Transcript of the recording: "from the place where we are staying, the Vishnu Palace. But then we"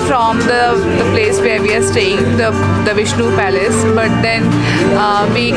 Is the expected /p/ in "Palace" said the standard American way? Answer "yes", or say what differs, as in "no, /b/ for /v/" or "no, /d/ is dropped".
yes